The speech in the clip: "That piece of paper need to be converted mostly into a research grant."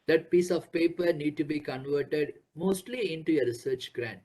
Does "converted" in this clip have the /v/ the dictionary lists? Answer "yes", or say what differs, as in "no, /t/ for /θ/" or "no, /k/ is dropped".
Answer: yes